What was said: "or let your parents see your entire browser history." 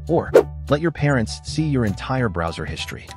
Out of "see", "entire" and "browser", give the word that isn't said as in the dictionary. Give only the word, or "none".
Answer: none